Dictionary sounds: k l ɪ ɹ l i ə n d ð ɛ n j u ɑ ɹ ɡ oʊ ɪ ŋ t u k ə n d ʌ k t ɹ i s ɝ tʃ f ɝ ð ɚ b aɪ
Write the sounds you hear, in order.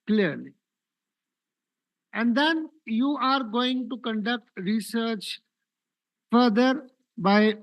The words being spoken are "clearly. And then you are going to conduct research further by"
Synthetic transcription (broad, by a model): k l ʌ ɹ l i ə n d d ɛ n j u ɑ ɹ ɡ oʊ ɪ ŋ t u k ə n d ʌ k t ɹ i s ɝ tʃ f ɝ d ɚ b aɪ